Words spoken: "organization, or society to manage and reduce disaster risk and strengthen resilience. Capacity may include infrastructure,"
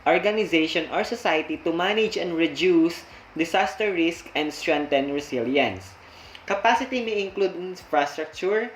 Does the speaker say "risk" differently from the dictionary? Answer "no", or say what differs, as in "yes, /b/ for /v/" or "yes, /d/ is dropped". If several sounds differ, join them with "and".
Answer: no